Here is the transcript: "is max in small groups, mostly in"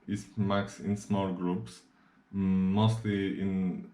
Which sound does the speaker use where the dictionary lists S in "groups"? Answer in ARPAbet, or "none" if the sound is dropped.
S